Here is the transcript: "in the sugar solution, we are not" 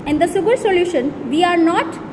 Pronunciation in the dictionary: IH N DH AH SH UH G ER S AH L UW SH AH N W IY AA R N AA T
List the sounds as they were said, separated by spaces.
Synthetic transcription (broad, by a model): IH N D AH S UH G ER S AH L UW SH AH N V IY AA R N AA T